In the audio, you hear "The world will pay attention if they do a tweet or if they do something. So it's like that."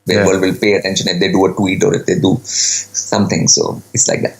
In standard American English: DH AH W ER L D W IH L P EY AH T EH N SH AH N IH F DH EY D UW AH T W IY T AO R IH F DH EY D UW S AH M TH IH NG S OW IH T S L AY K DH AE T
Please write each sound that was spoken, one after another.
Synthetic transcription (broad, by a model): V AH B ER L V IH L P EY AH T EH N SH AH N IH F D EY D UW AH T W IY T AO R IH F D EY D UW S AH M T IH NG S OW IH T S L AY K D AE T